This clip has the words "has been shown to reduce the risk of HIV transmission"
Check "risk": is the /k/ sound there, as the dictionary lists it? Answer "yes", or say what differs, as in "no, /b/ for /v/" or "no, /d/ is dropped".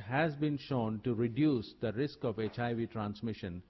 yes